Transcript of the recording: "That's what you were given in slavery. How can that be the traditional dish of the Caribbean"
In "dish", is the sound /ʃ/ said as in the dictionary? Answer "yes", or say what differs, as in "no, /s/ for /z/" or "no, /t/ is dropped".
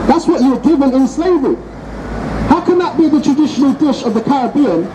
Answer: yes